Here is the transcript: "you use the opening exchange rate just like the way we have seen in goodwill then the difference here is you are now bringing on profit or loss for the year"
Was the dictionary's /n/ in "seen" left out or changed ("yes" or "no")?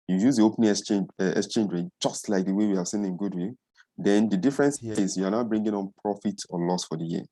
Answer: no